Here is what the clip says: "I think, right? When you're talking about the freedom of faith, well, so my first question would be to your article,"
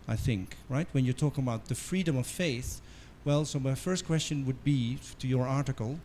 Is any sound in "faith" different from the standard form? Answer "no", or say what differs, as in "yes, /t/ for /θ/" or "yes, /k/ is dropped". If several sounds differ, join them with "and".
no